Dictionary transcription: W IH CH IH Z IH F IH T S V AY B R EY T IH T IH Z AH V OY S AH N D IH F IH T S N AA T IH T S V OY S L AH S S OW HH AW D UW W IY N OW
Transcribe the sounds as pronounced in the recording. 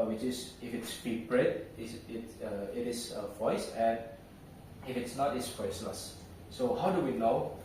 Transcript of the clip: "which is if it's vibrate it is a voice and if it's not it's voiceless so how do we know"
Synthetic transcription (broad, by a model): W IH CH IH S IH F IH T S P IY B R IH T IH T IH S AH V OY S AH N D IH F IH T S N AA T IH T S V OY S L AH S S OW HH AW D UW W IY N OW